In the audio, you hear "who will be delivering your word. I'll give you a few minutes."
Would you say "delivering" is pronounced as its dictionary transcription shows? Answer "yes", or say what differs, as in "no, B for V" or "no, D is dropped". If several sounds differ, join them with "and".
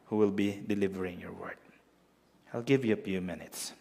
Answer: yes